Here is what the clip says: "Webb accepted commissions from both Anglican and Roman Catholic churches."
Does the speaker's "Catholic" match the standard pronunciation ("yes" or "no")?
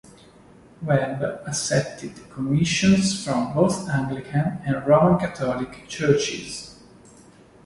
no